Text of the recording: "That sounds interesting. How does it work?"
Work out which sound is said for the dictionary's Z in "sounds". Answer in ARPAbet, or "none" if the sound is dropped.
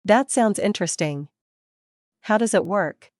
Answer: Z